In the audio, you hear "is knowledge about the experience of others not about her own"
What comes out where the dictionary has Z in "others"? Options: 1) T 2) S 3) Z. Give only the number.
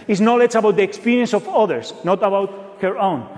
2